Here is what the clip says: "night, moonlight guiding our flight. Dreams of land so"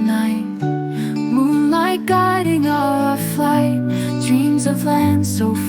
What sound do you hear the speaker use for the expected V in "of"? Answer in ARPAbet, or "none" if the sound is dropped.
V